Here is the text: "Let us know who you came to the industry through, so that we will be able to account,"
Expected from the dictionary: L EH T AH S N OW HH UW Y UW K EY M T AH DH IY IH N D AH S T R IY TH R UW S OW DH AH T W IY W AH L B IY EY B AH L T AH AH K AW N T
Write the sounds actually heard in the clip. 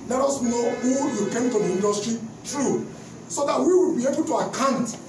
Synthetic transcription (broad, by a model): L EH T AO S N OW HH UW Y UW K EY M T AH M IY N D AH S T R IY T R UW S OW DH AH T W IY W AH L B IY EY B AH L T AH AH K AW N T